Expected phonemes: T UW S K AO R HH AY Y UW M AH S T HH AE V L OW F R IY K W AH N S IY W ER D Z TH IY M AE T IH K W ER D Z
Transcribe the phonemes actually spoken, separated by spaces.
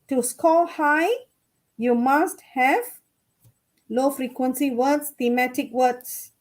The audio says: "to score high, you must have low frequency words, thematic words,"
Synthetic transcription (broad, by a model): T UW S K AO L HH AY Y UW M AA S T HH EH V L OW F R IY K W AH N S IY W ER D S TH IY M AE T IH K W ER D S